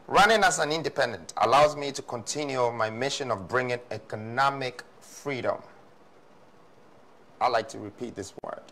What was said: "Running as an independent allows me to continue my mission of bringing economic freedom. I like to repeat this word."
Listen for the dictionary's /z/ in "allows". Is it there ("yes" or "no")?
yes